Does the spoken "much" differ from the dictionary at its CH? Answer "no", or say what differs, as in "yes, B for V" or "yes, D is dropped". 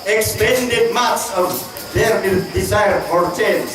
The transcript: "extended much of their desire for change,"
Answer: yes, S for CH